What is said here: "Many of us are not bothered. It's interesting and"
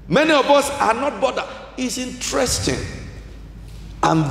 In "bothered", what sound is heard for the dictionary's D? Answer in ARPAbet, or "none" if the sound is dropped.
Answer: none